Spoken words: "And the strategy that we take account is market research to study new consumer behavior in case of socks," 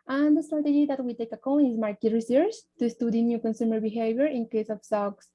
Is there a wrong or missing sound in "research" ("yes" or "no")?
yes